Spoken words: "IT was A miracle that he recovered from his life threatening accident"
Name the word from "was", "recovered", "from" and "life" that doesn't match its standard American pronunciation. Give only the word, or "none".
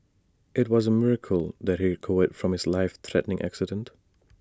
recovered